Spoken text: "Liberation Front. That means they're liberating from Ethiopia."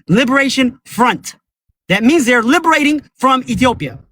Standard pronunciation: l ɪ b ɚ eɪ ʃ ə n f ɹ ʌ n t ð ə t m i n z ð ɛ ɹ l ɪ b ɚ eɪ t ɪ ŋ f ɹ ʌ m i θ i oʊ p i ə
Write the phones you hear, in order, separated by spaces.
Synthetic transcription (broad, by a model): l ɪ b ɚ eɪ ʃ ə n f ɹ ʌ n t ð ə t m i n z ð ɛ ɹ l ɪ b ɚ eɪ t ɪ ŋ f ɹ ʌ m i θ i oʊ p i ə